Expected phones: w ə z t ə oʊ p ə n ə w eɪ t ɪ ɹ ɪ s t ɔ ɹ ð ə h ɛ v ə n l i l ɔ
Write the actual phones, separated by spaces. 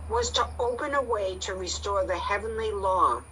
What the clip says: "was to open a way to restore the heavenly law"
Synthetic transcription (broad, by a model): w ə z t ə oʊ p ə n ə w eɪ t ɪ ɹ ɪ s t ɔ ɹ ð ə h ɛ v ə n l i l ɔ